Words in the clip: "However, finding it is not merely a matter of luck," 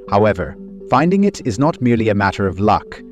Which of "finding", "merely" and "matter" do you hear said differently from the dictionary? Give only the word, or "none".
none